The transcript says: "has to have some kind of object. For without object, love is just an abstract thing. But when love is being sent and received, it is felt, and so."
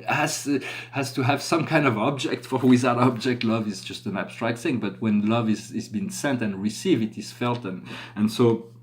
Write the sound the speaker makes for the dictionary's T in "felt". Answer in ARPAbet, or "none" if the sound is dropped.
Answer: T